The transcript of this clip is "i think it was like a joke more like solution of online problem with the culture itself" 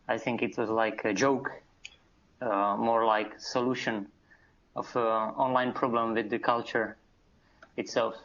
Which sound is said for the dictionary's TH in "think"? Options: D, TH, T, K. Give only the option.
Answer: TH